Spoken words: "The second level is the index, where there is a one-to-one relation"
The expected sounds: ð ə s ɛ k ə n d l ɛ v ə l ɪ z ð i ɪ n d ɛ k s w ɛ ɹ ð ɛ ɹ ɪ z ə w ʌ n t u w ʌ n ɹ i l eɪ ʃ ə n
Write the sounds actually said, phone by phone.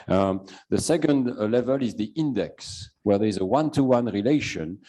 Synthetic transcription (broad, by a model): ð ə s ɛ k ə n d l ɛ v ə l ɪ z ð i ɪ n d ɛ k s w ɛ ɹ ð ɛ ɹ ɪ z ə w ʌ n t u w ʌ n ɹ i l eɪ ʃ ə n